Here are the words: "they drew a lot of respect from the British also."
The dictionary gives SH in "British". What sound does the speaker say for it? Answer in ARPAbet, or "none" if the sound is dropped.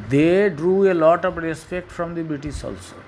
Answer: S